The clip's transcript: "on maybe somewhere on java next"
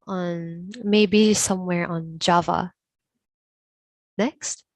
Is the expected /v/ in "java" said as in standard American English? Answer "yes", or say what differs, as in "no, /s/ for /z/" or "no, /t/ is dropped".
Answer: yes